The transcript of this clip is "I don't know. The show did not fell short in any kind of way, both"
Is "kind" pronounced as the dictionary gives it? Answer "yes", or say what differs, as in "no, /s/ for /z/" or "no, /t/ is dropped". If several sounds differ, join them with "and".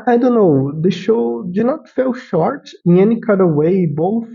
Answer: no, /n/ is dropped